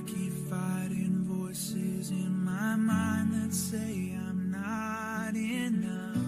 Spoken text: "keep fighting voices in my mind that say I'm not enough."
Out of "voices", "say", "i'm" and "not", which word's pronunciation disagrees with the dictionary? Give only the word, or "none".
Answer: none